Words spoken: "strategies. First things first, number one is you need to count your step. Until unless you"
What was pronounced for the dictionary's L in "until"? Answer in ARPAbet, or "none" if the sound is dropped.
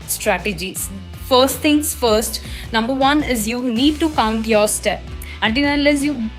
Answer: N